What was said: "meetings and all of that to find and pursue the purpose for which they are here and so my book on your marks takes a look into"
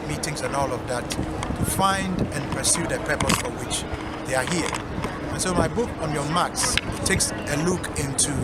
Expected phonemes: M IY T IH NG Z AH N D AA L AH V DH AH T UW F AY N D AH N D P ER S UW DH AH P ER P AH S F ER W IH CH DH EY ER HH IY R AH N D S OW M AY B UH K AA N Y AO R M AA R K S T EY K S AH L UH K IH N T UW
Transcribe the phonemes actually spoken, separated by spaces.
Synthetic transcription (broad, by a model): M IY T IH NG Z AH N AA L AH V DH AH T UW F AY N D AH N P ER S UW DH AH P ER P AH S F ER W IH CH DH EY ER HH IY R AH N S OW M AY B UH K AA N Y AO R M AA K S T EY K S AH L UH K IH N T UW